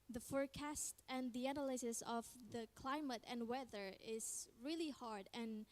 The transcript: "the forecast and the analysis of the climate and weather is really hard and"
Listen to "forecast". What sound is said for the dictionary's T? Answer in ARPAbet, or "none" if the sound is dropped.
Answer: T